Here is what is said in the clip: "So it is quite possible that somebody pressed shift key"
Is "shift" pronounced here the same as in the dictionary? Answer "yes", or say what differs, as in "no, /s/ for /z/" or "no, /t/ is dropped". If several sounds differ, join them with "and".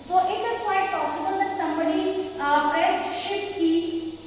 no, /f/ is dropped